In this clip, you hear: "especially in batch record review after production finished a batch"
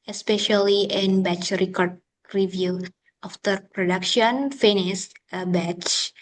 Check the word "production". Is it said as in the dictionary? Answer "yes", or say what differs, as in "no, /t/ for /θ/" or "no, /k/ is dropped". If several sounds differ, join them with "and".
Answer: yes